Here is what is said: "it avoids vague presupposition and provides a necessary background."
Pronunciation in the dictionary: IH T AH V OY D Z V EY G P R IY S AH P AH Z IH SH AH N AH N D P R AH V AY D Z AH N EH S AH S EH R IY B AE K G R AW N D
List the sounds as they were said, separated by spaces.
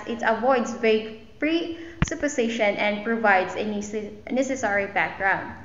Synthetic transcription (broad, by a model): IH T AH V OY D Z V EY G P R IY S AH P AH S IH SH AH N AH N D P R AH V AY D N AH N EH S AH S EH R IY B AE K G R AW N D